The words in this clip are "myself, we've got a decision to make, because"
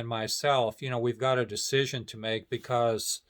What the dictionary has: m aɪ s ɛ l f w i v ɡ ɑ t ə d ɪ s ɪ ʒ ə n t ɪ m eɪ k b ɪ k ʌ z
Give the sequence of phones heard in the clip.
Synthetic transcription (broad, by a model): m aɪ s ɛ l f w i v ɡ ɑ t ə d ɪ s ɪ ʒ ə n t ɪ m eɪ k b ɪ k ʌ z